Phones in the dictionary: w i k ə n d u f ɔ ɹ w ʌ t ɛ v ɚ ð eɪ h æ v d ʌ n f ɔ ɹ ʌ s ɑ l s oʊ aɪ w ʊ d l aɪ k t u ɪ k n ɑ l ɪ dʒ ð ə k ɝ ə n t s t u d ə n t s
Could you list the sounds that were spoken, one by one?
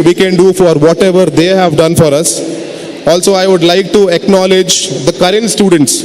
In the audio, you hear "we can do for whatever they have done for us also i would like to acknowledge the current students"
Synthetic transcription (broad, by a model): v i k ə n d u f ɔ ɹ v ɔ t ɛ v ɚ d eɪ h æ v d ʌ n f ɔ ɹ ʌ s ɑ l s oʊ aɪ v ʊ d l aɪ k t u ɪ k n ɑ l ɪ dʒ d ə k ɝ ə n t s t u d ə n t s